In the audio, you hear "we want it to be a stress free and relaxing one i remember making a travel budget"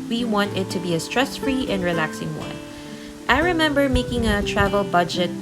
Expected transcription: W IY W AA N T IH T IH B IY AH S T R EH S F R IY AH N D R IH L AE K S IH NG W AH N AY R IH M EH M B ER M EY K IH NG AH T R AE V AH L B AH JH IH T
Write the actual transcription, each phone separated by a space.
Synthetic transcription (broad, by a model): W IY W AA N T IH T IH B IY AH S T R EH S F R IY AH N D R IH L AE K S IH NG W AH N AY R IH M EH M B ER M EY K IH NG AH T R AE V AH L B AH JH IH T